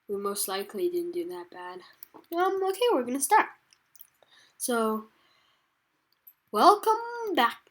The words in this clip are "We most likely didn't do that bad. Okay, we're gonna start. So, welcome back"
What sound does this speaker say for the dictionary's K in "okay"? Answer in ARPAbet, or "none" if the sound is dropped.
K